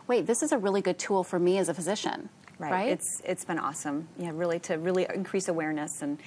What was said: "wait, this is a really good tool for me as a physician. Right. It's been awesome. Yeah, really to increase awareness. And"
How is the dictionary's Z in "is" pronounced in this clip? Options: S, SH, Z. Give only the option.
Z